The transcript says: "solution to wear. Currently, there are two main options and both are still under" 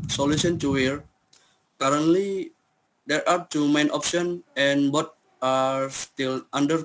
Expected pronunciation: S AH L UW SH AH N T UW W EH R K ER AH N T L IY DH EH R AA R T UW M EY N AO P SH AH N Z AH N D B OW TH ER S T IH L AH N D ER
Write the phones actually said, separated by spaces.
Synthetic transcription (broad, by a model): S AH L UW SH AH N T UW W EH R K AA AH N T L IY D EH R AA R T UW M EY N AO P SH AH N AH N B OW T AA S T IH L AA N D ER